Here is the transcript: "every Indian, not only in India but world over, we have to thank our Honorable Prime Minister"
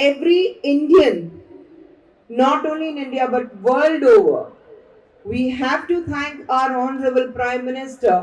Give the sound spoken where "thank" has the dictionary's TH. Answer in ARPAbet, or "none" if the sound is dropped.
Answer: T